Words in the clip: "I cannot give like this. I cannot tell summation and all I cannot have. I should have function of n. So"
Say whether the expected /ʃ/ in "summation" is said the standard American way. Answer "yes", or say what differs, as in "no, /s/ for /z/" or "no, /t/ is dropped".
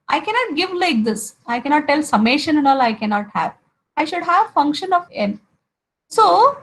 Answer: yes